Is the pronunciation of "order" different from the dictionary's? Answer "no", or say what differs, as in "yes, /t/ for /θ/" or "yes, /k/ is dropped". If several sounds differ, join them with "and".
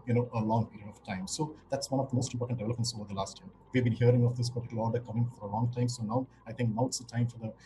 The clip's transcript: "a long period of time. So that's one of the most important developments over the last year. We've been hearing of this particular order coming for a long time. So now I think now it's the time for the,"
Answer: yes, /l/ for /ɹ/